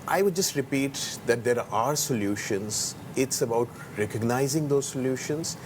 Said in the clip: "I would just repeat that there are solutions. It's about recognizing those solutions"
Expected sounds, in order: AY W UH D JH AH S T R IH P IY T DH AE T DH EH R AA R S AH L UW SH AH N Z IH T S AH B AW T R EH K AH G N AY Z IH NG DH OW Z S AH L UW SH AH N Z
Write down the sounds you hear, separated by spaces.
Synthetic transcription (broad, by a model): AY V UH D JH AH S T R IH P IY T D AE T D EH R AA R S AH L UW SH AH N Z IH T S AH B AW T R EH K AH G N AY Z IH NG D OW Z S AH L UW SH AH N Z